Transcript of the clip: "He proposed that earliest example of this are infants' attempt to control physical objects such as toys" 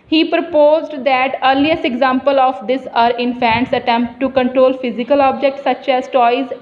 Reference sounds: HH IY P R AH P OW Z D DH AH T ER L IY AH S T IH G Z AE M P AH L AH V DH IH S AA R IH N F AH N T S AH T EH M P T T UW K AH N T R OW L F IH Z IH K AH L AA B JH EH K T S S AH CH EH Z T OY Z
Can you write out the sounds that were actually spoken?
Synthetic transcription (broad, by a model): HH IY P R AH P OW Z D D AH T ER L IY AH S IH G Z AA M P AH L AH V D IH S AA R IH N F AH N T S AH T EH M P T T UW K AH N T R OW L F IH Z IH K AH L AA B JH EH K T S S AH CH EH Z T OY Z